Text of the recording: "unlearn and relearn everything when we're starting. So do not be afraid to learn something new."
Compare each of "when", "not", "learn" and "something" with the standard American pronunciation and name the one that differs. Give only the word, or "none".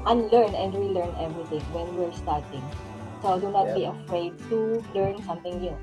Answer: something